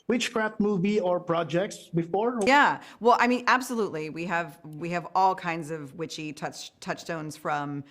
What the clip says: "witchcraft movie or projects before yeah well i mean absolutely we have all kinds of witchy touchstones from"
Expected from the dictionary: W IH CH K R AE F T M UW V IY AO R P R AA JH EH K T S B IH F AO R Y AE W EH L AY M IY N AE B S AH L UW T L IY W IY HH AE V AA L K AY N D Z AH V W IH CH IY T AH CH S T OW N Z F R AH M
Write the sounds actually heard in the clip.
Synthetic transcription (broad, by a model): W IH CH K R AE F T M UW V IY AO R P R AA JH EH K T S B IH F AO R Y AE W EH L AY M IY N AE B S AH L UW T L IY W IY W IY V AA L K AY N D Z AH V W IH CH IY T AH CH S T OW N Z F R AH M